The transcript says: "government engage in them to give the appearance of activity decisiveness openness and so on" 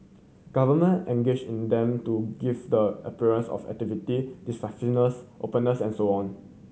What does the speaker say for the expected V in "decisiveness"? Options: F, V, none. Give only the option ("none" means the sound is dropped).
none